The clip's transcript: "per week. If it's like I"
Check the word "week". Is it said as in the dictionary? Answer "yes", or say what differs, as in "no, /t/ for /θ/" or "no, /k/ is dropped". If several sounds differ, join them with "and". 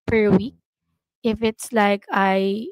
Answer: yes